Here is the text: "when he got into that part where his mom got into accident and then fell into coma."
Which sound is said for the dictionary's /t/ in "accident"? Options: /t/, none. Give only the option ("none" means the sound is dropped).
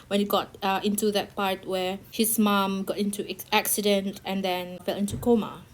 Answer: /t/